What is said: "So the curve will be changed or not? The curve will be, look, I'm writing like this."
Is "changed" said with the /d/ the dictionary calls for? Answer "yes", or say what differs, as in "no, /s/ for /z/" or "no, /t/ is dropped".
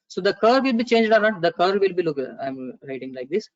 yes